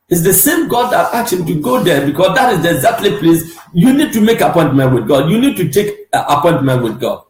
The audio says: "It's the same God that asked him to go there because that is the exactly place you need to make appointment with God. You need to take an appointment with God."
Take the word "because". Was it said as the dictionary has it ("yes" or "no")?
no